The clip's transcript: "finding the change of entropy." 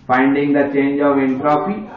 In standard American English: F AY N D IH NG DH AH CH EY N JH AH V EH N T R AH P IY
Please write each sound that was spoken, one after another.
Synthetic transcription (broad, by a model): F AY N D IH NG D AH CH EY N JH AH V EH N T R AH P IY